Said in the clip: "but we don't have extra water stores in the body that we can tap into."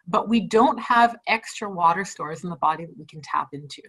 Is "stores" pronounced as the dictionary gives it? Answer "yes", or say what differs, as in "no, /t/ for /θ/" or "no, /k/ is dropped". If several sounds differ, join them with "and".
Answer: yes